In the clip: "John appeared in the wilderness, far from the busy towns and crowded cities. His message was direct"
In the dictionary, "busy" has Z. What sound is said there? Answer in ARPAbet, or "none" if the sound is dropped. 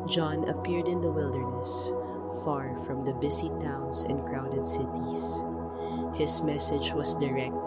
S